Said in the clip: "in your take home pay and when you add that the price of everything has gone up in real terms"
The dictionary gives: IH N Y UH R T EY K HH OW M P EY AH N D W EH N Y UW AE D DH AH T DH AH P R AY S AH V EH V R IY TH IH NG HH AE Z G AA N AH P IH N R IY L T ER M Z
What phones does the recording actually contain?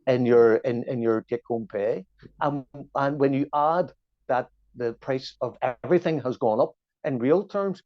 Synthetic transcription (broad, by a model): IH N Y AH R T EY K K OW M P EY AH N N W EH N Y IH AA D DH AH T DH AH P R AY S AH V EH V R IY TH IH NG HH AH Z G AA N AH P IH N R IY L T ER M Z